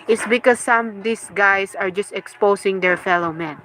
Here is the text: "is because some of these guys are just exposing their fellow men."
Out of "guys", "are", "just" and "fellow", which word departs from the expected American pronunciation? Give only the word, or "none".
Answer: guys